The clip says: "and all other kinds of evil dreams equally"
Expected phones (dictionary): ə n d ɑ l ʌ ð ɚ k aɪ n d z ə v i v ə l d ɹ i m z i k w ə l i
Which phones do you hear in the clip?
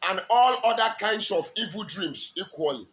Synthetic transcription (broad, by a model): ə n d ɑ l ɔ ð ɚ k aɪ n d s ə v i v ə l d ɹ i m s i k w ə l i